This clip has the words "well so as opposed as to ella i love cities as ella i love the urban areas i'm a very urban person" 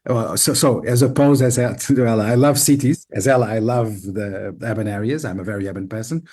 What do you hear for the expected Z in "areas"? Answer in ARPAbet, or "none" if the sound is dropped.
Z